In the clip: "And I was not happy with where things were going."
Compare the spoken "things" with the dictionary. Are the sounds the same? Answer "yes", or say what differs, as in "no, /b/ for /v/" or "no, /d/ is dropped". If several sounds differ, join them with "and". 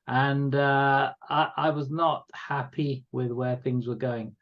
yes